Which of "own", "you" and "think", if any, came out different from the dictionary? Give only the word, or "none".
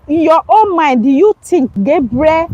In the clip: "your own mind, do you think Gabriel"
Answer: think